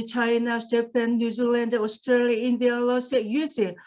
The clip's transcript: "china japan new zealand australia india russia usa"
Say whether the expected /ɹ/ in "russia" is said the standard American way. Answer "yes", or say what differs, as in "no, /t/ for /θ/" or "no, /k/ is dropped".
no, /l/ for /ɹ/